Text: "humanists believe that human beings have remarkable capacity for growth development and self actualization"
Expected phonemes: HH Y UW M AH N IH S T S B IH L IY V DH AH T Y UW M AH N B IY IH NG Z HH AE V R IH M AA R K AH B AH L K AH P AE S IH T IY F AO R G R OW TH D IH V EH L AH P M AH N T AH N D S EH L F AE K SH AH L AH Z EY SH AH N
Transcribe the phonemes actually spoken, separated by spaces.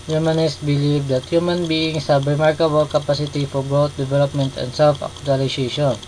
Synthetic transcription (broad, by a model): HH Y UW M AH N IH S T B IH L IY V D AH T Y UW M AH N B IY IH NG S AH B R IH M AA R K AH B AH L K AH P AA S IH T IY F AO R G OW T D IH V EH L AH P M AH N T AH N D S EH L F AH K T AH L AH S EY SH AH N